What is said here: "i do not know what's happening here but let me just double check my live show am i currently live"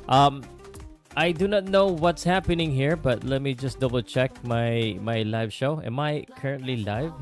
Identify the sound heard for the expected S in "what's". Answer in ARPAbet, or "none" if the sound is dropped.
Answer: S